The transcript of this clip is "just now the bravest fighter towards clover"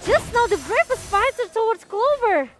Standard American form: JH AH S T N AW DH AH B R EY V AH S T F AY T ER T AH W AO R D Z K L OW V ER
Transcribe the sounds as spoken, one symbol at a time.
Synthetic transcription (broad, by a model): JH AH S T N AW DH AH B R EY F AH S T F AY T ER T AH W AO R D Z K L OW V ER